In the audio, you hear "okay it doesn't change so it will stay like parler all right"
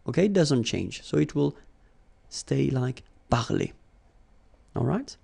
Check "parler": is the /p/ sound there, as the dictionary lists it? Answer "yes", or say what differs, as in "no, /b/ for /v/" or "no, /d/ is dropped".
no, /b/ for /p/